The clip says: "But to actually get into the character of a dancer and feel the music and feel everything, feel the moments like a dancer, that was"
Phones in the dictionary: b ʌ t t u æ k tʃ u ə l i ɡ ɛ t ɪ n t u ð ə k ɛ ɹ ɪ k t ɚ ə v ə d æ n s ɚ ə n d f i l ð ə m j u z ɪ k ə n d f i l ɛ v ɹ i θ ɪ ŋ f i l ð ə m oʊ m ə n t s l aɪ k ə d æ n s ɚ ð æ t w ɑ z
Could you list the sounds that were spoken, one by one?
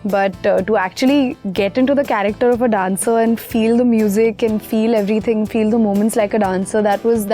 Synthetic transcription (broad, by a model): b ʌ t t u æ k tʃ u ə l i ɡ ɛ t ɪ n t u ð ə k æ ɹ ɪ k t ɚ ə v ə d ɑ n s ɚ ə n d f i l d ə m j u z ɪ k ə n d f i l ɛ v ɹ i t ɪ ŋ f i l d ə m oʊ m ə n t s l aɪ k ə d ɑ n s ɚ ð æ t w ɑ z